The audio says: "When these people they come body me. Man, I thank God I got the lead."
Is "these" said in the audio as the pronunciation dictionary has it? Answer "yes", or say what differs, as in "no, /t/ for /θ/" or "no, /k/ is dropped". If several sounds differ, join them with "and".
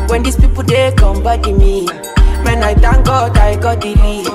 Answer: no, /s/ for /z/